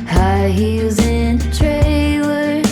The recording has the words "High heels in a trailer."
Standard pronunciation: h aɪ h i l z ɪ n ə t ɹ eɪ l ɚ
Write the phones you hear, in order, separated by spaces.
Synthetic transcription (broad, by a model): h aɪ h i z ɪ n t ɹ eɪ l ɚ